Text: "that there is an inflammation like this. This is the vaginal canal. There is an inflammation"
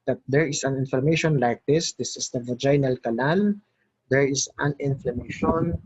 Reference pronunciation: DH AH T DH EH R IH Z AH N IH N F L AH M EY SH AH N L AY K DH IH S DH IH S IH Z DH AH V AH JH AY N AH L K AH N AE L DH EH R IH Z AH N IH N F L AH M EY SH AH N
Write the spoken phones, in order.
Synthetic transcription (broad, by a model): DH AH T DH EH R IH S AH N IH N F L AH M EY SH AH N L AY K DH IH S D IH S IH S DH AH V AH JH AY N AH L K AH L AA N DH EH R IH S AH N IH N F L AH M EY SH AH N